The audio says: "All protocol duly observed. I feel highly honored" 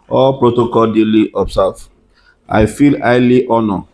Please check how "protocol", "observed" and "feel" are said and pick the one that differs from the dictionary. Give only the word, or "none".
observed